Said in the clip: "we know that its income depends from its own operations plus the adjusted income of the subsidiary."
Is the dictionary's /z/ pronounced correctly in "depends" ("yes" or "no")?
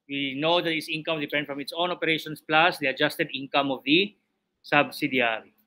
no